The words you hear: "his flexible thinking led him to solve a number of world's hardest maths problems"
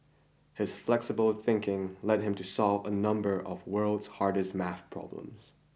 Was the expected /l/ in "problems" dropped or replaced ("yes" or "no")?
no